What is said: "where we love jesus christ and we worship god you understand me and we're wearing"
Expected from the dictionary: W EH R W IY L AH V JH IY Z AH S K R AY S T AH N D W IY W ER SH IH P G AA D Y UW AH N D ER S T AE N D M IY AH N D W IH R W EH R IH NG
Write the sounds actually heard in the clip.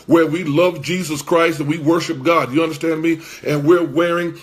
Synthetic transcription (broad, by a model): W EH R W IY L AH V JH IY Z AH S K R AY S T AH N W IY W ER SH IH P G AA D Y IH AH N D ER S T AE N D M IY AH N W IH R W EH R IH NG